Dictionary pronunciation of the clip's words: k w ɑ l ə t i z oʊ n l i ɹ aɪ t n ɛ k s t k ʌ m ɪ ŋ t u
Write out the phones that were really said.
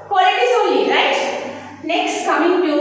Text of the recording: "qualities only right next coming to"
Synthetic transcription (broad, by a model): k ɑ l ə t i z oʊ l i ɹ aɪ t n ɛ k s t k ʌ m ɪ ŋ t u